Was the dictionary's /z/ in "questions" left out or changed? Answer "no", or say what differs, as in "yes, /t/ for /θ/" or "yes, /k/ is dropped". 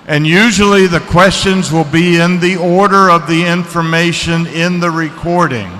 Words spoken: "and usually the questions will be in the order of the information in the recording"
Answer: no